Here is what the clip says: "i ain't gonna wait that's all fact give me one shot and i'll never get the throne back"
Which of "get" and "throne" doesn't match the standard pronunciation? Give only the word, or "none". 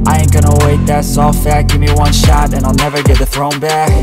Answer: none